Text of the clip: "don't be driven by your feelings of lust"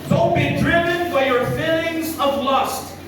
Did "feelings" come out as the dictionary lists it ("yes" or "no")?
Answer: yes